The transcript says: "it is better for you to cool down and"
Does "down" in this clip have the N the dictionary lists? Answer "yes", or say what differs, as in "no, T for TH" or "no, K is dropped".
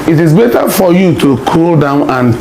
yes